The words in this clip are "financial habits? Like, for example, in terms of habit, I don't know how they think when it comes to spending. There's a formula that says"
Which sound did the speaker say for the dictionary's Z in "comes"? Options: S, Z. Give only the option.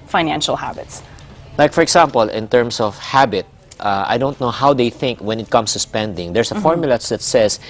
S